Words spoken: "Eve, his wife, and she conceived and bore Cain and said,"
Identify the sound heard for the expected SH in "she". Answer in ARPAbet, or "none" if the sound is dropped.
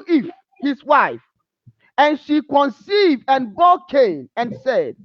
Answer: SH